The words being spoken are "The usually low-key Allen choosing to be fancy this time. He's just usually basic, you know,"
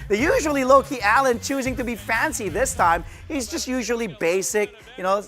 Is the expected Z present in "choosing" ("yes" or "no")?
yes